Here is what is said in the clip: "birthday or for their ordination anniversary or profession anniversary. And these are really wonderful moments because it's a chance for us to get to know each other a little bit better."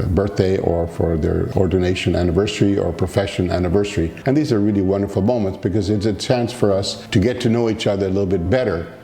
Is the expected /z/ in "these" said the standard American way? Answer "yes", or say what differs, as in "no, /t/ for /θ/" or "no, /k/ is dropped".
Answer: yes